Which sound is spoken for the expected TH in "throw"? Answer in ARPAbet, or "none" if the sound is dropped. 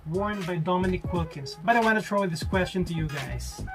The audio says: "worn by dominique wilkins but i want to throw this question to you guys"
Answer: T